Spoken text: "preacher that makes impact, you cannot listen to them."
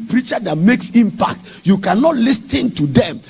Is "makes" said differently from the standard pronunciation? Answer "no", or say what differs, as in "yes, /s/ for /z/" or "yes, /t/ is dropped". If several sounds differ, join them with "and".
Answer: no